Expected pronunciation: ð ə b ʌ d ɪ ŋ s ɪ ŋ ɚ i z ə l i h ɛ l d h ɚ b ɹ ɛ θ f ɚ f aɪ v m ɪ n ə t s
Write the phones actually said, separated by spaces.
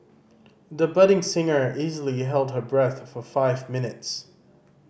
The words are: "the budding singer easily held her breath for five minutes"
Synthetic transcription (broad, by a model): ð ə b ʌ d ɪ ŋ s ɪ ŋ ɚ i z ə l i h ɛ l d h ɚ b ɹ ɛ θ f ɚ f aɪ v m ɪ n ə t s